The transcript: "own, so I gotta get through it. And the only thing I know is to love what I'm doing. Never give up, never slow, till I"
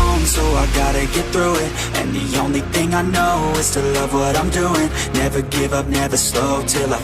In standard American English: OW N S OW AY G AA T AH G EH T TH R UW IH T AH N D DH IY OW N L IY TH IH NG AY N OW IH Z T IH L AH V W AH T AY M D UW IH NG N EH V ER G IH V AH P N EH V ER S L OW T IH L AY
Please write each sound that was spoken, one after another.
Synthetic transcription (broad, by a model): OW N S OW AY G AA T AH G EH T TH R UW IH T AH N DH IY OW N L IY TH IH NG AY N OW IH Z T IH L AH V W AH T AY M D UW IH NG N EH V ER G IH V AH P N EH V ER S L OW T IH L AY